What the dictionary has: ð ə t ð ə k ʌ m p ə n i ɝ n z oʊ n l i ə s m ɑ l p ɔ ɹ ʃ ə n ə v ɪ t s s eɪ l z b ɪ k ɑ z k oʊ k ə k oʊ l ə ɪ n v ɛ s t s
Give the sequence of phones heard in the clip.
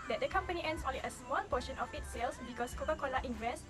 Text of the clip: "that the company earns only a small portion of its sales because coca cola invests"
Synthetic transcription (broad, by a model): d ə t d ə k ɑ m p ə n i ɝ n s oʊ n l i ə s m ɑ l p ɔ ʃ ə n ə f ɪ t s s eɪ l s b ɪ k ɑ s k oʊ k ə k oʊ l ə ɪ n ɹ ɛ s s